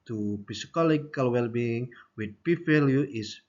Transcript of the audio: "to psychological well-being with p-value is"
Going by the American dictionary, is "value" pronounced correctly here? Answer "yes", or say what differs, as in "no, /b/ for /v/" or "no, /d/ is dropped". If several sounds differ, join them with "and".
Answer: no, /f/ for /v/